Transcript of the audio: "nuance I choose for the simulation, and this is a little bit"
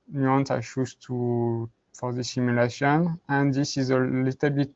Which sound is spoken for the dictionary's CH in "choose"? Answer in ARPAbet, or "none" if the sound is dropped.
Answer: SH